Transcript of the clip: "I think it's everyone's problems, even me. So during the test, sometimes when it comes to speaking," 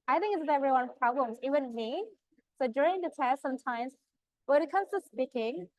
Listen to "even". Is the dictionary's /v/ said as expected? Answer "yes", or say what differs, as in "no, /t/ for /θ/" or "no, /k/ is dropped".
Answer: no, /w/ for /v/